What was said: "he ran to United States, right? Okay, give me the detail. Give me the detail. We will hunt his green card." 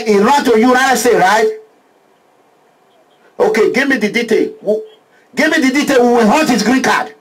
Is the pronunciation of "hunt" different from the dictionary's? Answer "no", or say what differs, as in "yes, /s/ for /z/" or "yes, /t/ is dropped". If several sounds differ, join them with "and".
yes, /n/ is dropped